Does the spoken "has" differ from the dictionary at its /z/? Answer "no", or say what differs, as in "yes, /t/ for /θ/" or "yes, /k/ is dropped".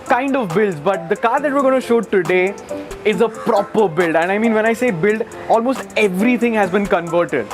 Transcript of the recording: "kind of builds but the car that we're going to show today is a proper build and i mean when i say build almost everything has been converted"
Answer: no